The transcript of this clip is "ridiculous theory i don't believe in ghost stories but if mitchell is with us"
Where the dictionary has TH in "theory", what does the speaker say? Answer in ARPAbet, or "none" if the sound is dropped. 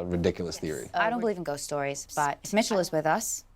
TH